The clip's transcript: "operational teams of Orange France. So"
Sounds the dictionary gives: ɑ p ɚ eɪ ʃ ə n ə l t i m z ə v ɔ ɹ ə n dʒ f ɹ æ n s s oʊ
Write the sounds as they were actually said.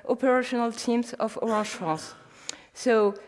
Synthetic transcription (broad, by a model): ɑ p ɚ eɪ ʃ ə n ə l t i m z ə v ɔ ɹ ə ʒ f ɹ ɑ s s oʊ